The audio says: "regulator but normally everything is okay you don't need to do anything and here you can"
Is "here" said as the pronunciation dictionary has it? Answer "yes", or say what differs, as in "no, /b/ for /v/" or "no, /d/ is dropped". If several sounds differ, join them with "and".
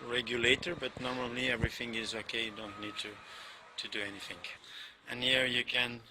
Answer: yes